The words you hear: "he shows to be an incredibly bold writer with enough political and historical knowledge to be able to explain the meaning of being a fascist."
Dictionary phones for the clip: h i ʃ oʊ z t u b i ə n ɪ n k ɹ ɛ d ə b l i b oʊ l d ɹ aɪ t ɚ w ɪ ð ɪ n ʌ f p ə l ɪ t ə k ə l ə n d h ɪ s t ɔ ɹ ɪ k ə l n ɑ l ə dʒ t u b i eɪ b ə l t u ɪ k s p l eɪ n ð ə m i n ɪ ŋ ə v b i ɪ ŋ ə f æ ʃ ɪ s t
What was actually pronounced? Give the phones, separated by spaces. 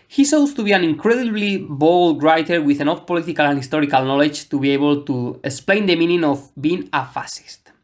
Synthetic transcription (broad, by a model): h i s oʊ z t u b i ə n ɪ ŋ k ɹ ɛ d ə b l i b oʊ l d ɹ aɪ t ɚ w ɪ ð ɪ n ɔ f p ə l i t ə k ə l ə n h ɪ s t ɔ ɹ ɪ k ə l n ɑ l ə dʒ t u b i eɪ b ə l t u ɪ k s p l eɪ n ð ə m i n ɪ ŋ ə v b i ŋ ə f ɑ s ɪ s t